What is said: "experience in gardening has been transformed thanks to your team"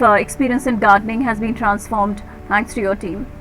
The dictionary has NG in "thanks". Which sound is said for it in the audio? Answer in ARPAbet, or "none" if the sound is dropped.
none